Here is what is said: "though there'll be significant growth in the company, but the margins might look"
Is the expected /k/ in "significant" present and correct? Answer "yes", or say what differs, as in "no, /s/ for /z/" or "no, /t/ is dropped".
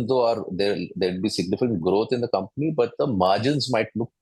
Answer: no, /k/ is dropped